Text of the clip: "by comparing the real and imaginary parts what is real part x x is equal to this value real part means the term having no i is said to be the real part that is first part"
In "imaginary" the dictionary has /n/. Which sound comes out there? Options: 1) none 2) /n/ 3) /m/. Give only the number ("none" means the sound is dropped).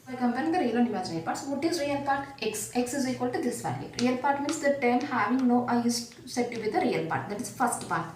1